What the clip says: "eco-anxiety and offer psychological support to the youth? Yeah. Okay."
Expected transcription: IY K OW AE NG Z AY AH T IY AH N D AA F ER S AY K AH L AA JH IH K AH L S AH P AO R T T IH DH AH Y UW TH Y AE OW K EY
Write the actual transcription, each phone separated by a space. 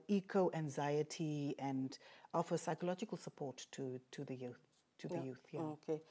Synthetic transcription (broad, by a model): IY K OW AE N Z AY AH T IY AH N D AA F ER S AY K AH L AA JH IH K AH L S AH P AO R T T IH DH AH Y UW TH Y AE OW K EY